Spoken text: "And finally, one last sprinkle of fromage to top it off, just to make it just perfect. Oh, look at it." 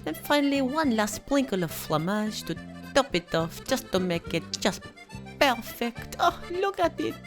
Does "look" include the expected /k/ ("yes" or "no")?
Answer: yes